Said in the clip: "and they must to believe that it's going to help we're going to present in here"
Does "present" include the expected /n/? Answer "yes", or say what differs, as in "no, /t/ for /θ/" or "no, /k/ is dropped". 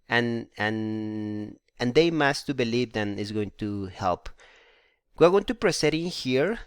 no, /n/ is dropped